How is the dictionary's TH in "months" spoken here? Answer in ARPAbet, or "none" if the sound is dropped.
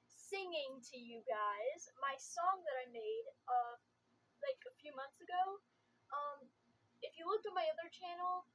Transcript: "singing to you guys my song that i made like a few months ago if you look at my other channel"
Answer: TH